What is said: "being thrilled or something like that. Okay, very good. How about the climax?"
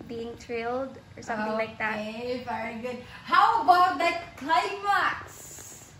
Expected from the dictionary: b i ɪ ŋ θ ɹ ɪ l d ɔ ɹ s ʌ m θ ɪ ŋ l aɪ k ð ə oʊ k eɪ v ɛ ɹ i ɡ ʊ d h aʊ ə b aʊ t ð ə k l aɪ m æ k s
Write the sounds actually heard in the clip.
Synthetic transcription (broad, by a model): b i ɪ ŋ t ɹ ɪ l d ɔ ɹ s ʌ m θ ɪ ŋ l aɪ k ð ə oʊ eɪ v ɛ ɹ i ɡ ʊ d h aʊ ə b aʊ t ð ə k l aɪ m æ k s